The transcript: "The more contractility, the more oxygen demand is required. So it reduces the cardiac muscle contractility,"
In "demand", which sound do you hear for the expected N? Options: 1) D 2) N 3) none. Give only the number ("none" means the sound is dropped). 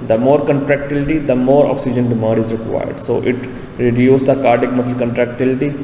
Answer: 3